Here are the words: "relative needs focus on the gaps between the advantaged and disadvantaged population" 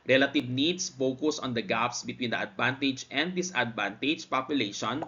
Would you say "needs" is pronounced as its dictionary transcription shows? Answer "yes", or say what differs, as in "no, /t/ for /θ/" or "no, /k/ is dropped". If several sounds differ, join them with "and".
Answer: no, /s/ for /z/